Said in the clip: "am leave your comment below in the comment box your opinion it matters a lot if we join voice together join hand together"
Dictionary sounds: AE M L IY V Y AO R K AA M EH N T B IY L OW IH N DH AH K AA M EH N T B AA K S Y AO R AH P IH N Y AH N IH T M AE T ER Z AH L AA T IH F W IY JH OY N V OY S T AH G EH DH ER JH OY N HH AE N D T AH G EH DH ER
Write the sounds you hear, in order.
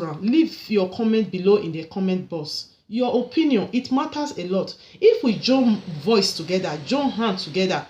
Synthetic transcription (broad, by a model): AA L IY V Y AO K AA M EH N T B IY L OW IH N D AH K AA M EH N T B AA S Y AO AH P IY N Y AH N IH T M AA T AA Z AH L AA T IH F W IY JH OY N V OY S T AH G EH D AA JH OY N HH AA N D T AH G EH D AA